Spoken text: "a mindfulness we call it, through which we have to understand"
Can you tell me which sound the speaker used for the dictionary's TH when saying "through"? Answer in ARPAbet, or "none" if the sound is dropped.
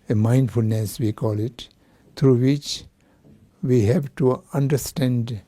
T